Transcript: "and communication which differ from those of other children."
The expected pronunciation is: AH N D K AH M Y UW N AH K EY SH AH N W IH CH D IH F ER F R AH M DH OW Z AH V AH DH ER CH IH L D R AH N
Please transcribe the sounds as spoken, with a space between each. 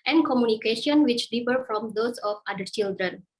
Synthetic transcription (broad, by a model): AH N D K AH M Y UW N AH K EY SH AH N W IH CH D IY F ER F R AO M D OW S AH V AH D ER CH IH L D R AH N